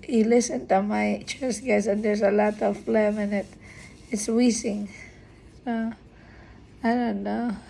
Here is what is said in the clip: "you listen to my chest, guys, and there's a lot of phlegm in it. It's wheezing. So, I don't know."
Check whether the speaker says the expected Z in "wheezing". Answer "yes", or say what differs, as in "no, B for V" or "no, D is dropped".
no, S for Z